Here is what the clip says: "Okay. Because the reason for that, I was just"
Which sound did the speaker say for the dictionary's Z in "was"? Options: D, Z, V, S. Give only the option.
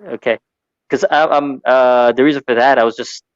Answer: Z